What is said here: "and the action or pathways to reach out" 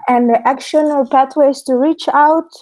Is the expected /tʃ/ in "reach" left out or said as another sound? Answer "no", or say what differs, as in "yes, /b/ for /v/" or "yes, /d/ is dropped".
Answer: no